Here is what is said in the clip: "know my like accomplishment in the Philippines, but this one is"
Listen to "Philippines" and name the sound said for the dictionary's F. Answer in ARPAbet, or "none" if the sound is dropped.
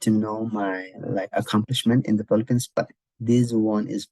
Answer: P